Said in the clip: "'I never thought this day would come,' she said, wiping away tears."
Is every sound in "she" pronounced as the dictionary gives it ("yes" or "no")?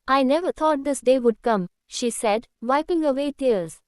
yes